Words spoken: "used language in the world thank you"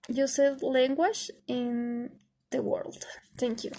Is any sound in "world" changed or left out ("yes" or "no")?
no